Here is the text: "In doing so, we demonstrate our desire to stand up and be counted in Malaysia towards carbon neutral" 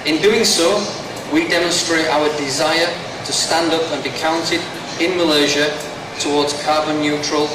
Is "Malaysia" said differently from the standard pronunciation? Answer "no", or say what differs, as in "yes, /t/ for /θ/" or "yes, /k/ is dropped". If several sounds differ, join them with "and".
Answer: no